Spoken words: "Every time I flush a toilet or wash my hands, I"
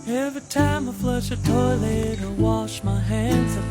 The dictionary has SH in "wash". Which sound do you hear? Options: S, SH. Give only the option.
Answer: SH